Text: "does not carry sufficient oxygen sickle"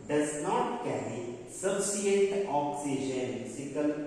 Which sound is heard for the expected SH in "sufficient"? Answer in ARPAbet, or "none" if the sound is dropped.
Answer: none